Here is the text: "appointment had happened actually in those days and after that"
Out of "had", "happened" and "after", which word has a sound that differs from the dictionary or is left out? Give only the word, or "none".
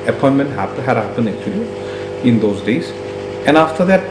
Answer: happened